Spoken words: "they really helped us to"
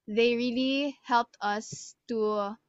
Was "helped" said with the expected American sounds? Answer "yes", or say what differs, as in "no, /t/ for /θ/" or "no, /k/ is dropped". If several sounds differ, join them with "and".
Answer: yes